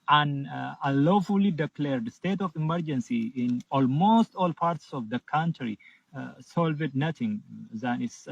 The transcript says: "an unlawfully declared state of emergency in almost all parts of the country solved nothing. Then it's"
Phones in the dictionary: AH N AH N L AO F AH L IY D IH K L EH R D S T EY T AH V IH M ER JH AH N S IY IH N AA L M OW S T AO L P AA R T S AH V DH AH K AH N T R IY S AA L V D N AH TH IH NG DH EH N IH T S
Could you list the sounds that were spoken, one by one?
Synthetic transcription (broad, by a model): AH N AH L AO F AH L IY D IH K L EH R D S T EY T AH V IH M ER JH AH N S IY IH N AA L M OW S T AO L P AA R T S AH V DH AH K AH N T R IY S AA L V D N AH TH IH NG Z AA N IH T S